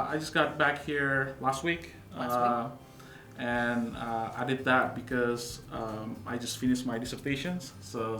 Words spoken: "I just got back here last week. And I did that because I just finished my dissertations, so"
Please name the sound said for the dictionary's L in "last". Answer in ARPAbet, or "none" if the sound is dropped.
L